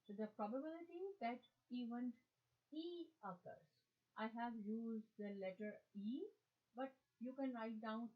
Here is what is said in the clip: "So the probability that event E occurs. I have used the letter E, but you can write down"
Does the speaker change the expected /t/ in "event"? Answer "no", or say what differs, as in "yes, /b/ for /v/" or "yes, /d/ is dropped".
yes, /t/ is dropped